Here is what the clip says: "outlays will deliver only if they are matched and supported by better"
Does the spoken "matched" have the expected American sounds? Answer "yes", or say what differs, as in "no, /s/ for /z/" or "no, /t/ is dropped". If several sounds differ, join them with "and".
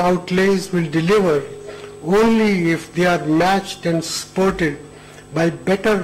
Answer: yes